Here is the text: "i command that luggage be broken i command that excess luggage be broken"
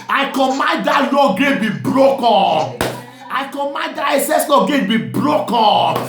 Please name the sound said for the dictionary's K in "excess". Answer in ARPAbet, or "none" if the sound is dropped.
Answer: none